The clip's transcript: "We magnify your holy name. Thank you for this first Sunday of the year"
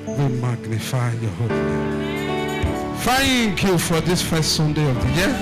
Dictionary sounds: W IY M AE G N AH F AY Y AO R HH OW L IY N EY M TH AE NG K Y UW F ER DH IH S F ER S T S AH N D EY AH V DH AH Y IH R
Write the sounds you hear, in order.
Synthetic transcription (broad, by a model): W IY M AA G N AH F AY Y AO HH OW L IY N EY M F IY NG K Y UW F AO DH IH S F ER S T S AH N D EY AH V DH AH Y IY